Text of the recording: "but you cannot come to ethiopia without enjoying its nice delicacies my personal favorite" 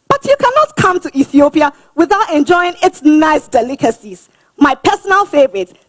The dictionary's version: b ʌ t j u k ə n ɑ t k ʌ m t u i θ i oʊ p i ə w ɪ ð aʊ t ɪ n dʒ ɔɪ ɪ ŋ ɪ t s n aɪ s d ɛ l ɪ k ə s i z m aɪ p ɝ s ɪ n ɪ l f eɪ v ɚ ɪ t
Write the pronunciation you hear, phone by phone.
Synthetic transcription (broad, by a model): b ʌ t j u k ə n ɑ t k ʌ m t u i θ i oʊ p i ə w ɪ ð aʊ t ɪ n dʒ ɔɪ ɪ ŋ ɪ t s n aɪ s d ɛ l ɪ k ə s i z m aɪ p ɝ s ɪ n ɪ l f eɪ v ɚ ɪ t